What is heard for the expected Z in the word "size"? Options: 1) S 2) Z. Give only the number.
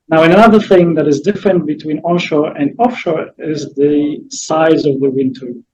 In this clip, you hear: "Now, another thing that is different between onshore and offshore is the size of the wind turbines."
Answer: 2